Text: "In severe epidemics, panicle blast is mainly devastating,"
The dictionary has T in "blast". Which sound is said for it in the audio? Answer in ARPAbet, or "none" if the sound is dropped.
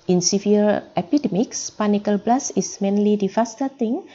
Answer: none